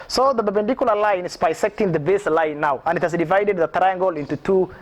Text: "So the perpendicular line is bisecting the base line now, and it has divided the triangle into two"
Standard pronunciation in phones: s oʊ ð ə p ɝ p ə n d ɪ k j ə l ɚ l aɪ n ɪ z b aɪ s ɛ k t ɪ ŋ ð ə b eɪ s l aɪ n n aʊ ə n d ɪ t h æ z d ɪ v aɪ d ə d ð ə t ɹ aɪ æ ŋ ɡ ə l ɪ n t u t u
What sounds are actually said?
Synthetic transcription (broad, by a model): s oʊ ð ə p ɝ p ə n d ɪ k j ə l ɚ l aɪ n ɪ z b aɪ s ɛ k t ɪ ŋ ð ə b eɪ s l aɪ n n aʊ ə n d ɪ t h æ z d ɪ v aɪ d ə d ð ə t ɹ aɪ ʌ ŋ ɡ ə l ɪ n t u t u